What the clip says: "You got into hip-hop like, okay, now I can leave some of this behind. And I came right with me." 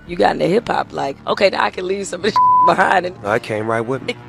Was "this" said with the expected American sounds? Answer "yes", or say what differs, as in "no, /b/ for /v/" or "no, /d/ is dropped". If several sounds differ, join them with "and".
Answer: no, /s/ is dropped